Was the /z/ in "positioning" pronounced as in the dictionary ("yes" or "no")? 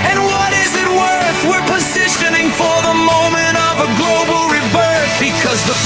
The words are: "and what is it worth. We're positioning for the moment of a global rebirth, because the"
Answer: yes